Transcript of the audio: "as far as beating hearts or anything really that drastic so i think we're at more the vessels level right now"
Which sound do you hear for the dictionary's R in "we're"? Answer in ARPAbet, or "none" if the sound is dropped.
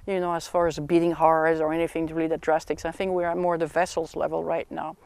R